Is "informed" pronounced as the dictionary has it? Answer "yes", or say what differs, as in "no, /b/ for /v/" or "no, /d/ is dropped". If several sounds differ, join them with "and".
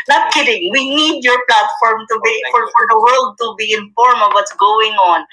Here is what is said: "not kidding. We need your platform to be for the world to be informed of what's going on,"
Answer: no, /d/ is dropped